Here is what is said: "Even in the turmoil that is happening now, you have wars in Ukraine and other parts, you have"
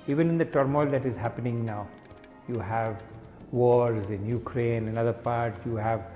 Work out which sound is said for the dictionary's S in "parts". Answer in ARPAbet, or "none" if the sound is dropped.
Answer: none